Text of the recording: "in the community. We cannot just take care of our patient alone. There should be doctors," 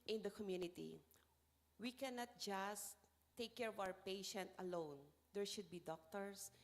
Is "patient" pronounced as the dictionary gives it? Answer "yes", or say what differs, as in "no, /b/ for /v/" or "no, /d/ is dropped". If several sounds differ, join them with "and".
yes